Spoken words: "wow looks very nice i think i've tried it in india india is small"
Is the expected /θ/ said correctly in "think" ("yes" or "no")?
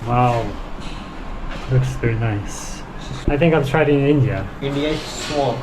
yes